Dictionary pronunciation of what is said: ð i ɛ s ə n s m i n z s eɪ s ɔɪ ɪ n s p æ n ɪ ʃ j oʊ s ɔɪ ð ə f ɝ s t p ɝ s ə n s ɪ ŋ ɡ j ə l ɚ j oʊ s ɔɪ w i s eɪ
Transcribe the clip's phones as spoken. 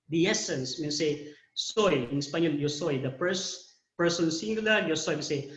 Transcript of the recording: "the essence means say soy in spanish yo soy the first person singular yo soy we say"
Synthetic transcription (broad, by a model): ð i ɛ s ə n s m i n s eɪ s ɔɪ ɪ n s p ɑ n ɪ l j oʊ s ɔɪ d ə p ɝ s p ɝ s ə n s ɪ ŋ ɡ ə l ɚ j oʊ s ɔɪ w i s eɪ